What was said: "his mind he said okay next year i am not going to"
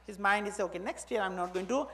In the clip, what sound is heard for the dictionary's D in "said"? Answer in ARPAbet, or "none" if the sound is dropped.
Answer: none